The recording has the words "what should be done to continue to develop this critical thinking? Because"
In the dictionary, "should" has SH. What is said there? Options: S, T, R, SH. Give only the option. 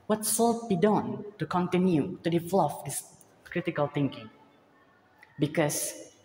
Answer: S